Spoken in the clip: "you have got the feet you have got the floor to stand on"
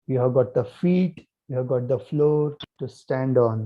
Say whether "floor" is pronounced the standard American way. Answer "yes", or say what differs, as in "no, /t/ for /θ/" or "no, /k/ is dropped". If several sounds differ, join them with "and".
yes